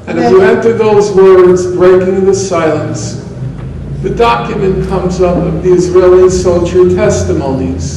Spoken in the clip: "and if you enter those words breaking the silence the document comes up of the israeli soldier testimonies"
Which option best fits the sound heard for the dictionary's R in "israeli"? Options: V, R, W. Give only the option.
R